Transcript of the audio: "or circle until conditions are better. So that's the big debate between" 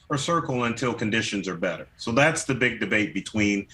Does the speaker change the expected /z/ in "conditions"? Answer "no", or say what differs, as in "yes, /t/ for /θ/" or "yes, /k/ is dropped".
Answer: no